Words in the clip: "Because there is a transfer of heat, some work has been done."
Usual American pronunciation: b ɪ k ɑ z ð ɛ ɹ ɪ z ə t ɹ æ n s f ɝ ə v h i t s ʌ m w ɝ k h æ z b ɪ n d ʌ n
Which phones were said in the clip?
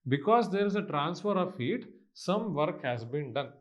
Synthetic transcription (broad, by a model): b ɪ k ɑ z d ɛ ɹ ɪ z ə t ɹ æ n s f ɝ ə v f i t s ʌ m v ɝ k h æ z b ɪ n d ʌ n